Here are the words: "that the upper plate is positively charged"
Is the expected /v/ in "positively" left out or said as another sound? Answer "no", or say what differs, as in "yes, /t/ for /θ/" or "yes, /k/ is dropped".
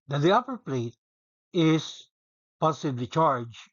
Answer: yes, /b/ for /v/